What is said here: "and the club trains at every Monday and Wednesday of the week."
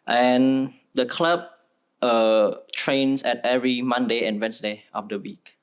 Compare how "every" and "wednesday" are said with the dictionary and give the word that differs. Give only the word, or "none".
wednesday